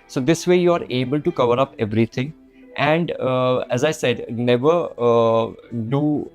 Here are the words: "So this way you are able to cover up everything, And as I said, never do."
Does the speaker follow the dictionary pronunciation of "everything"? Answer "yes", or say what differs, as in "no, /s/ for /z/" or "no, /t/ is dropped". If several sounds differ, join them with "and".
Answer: no, /t/ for /θ/